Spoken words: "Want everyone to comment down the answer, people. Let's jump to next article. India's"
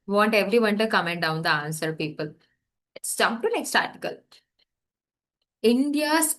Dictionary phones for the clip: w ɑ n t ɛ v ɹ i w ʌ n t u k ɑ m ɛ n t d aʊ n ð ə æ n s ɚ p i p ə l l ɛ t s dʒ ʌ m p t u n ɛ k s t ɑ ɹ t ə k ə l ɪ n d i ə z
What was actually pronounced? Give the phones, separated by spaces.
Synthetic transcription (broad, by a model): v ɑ n t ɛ v ɹ i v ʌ n t u k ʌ m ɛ n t d aʊ n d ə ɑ n s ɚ p i p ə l l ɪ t s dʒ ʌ p t u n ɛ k s t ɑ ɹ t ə k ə l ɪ n d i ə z